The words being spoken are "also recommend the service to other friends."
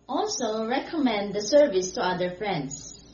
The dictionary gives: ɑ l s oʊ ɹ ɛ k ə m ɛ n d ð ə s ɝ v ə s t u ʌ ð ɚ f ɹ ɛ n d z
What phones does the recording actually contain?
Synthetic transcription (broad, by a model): ɑ l s oʊ ɹ ɛ k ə m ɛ n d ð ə s ɝ v ə s t u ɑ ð ɚ f ɹ ɛ n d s